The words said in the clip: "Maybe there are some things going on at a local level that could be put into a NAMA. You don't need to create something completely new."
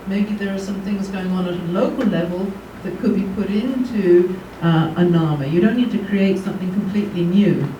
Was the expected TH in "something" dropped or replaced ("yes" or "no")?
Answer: no